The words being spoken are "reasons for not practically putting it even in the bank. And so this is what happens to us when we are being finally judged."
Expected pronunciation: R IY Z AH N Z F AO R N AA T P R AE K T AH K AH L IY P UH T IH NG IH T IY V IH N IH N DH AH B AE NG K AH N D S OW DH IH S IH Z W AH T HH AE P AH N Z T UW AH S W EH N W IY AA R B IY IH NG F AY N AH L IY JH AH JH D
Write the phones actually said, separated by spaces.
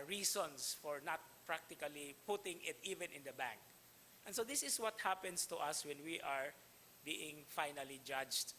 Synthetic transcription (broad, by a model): R IY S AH N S F AO R N AA T P R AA K T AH K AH L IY P UH T IH NG IH T IY V IH N IH N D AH B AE NG K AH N S OW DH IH S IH S W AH T HH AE P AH N S T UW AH S W EH N W IY AA R B IY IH NG F AY N AH L IY JH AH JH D